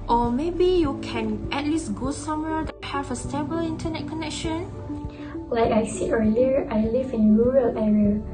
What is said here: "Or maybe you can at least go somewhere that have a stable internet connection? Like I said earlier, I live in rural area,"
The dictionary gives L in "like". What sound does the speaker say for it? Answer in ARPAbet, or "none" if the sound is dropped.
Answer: L